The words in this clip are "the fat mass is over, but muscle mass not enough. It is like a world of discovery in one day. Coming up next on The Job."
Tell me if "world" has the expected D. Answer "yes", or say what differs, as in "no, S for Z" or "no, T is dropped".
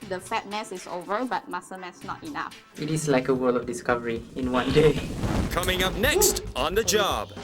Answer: no, D is dropped